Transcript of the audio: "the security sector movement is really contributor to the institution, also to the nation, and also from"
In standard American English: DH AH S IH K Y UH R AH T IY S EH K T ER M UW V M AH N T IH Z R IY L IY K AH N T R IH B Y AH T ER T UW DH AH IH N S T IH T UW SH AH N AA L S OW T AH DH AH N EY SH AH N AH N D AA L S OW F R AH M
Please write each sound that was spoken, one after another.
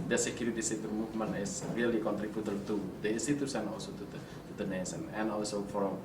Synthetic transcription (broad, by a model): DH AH S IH K Y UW R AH T IY S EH T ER M UW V M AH N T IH S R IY L IY K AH N T R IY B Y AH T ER T UW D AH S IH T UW S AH N AA L S OW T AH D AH N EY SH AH N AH N AA L S OW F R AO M